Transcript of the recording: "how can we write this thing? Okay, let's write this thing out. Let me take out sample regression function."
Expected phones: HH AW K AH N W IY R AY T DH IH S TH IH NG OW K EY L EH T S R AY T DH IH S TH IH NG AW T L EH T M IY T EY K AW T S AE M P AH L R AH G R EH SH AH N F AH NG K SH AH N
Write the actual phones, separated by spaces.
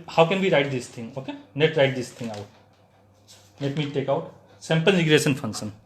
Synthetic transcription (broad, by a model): HH AW K AH N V IY R AY T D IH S T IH NG OW K EY N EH T R AY T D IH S T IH NG AW T N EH T M IY T EY K AW T S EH M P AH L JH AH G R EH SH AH N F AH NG K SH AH N